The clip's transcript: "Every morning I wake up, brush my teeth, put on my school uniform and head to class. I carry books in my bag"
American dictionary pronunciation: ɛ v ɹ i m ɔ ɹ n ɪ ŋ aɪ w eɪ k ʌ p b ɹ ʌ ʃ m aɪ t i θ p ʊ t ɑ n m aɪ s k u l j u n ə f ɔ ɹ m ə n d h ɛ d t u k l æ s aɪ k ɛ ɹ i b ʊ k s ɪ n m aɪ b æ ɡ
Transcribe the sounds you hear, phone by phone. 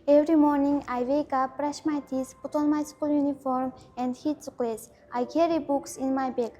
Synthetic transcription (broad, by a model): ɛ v ɹ i m ɔ ɹ n ɪ ŋ aɪ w eɪ k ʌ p ɹ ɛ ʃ m aɪ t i s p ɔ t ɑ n m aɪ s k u l j u n ə f ɔ ɹ m ə n d h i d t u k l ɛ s aɪ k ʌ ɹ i b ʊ k s ɪ n m aɪ b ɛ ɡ